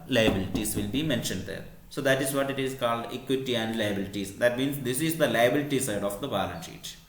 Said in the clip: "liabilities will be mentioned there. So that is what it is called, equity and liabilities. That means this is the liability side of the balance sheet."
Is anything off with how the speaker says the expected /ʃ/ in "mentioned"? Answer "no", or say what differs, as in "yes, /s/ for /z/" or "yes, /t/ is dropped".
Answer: no